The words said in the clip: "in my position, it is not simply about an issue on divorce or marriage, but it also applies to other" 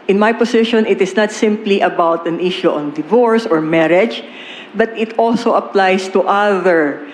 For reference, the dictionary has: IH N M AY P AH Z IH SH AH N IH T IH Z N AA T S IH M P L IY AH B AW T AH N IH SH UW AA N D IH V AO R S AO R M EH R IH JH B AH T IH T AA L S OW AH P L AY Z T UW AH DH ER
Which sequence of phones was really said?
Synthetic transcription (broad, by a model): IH N M AY P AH S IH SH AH N IH T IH S N AA T S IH M P L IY AH B AW T AH N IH SH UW AA N D IH V AO R S AO R M EH R IH JH B AH T IH T AA L S OW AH P L AY S T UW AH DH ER